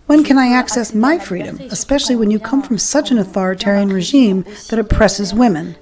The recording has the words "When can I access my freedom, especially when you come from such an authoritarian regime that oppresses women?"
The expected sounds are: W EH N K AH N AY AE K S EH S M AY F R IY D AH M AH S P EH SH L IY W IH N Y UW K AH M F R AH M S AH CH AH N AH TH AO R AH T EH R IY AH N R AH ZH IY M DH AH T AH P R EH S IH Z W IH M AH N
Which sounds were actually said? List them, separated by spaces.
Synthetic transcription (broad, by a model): W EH N K AH N AY AE K S EH S M AY F R IY D AH M AH S P EH SH L IY W IH N Y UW K AH M F R AH M S AH CH AH N AH TH AO R AH T EH R IY AH N R AH ZH IY M DH AH T AH P R EH S IH Z W IH M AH N